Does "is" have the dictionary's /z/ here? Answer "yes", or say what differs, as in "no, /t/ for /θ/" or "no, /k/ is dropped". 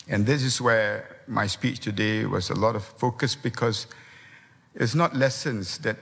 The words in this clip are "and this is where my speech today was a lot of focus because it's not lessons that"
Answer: no, /s/ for /z/